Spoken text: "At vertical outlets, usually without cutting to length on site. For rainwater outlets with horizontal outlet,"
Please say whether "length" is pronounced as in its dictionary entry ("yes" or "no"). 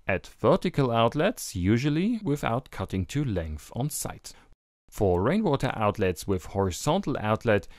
yes